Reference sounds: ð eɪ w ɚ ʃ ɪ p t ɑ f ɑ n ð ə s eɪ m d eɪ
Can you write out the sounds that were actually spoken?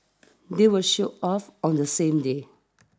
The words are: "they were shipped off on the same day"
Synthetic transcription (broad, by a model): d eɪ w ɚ ʃ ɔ t ɑ f ɑ n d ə s eɪ m d eɪ